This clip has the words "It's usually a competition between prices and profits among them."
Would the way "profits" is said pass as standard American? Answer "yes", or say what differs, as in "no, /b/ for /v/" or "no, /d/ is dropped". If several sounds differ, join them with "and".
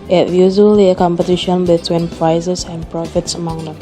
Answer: yes